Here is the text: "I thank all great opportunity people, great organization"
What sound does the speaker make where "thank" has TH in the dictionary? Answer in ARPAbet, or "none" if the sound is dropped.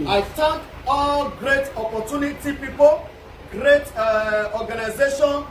T